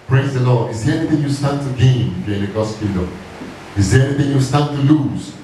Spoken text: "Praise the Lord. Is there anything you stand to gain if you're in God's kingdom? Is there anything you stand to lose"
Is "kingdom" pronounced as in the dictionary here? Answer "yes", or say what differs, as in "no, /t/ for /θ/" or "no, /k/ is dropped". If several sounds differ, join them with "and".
no, /ŋ/ is dropped and /m/ is dropped